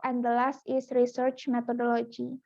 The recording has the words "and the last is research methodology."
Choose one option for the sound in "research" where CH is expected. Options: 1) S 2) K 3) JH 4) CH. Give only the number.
4